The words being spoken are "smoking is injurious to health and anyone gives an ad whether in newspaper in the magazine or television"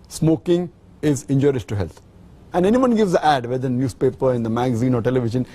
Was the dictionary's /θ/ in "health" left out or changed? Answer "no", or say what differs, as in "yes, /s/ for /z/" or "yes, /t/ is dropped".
yes, /t/ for /θ/